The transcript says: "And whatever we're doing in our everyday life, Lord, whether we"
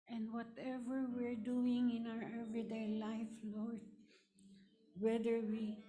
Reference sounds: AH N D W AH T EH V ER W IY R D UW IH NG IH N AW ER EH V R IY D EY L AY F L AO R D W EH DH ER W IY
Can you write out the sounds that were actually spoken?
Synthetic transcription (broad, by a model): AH N D W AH T EH V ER W IY R D UW IH NG IH N AW ER EH V R IY D EY L AY F L AO R D W EH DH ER W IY